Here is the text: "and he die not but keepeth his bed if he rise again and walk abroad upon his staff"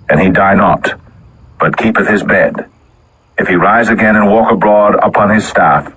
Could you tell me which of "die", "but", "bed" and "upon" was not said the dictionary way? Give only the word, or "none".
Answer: none